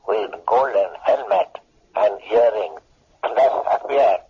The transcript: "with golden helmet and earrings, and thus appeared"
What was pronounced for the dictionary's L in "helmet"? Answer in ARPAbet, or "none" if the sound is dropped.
L